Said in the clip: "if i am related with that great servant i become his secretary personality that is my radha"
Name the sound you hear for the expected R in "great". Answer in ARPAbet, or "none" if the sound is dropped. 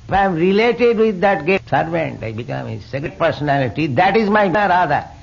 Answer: none